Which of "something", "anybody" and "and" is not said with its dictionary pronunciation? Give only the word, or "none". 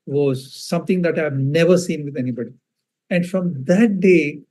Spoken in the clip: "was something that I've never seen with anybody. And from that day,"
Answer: something